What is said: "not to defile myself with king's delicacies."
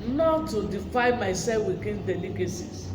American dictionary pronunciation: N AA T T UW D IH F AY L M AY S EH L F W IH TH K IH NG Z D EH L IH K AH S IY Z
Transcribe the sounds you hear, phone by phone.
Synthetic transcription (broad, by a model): N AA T T UW D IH F AY N M AY S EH F W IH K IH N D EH L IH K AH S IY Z